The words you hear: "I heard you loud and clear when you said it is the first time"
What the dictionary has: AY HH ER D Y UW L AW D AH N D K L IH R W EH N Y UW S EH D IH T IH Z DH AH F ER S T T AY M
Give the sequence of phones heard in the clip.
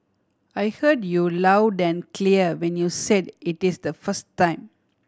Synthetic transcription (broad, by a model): AY HH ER D Y UW L AW D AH N K L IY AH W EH N Y UW S EH D IH T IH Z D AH F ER S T T AY M